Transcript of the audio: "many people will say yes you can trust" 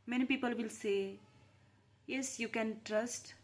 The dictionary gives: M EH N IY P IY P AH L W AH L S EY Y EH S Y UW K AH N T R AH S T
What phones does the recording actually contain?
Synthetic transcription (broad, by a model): M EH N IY P IY P AH L W AH L S EY Y EH S Y UW K AH N T R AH S T